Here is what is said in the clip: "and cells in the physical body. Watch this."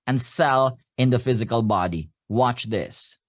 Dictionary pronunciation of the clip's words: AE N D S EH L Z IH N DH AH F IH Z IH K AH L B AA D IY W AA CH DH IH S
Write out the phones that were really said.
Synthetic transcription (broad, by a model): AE N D S EH L IH N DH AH F IH Z IH K AH L B AA D IY W AA CH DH IH S